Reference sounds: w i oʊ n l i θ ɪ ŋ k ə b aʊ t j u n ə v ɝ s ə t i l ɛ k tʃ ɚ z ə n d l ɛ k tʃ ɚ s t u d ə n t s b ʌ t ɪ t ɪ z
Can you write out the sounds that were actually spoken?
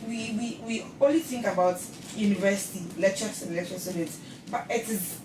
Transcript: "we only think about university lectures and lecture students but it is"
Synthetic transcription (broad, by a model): w i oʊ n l i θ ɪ ŋ k ə b aʊ t j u n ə v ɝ s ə t i l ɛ k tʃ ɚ s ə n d l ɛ k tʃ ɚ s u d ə t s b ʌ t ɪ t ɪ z